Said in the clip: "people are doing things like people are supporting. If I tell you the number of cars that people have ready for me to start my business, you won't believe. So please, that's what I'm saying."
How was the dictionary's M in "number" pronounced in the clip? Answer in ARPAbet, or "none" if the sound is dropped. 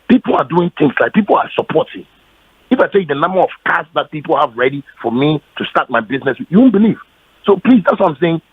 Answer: M